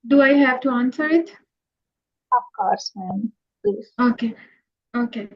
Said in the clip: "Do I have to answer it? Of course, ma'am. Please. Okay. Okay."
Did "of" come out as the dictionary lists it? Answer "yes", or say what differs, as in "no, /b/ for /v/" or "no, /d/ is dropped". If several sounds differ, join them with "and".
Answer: no, /p/ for /v/